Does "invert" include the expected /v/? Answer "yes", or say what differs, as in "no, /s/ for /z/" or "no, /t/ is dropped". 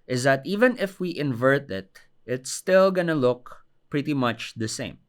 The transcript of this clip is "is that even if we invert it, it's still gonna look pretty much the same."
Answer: yes